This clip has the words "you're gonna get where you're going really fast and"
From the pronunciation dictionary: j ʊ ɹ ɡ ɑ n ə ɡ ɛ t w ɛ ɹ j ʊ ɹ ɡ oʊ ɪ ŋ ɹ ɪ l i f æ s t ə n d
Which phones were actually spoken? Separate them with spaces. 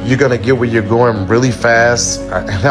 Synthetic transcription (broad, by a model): j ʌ ɹ ɡ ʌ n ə ɡ ɛ t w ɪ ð j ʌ ɹ ɡ oʊ ɪ ŋ ɹ ɪ l i f æ s t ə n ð